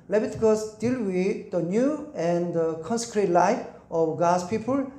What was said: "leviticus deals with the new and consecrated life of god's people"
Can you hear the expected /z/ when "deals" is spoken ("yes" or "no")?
no